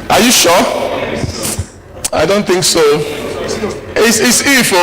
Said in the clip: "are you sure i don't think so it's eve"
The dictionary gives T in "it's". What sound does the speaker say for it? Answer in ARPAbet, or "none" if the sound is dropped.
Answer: S